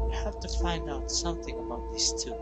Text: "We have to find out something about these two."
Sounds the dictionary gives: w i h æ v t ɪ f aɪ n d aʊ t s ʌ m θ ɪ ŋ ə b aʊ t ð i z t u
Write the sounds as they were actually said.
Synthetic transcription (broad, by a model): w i h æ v t ɪ f aɪ n d aʊ t s ʌ m θ ɪ ŋ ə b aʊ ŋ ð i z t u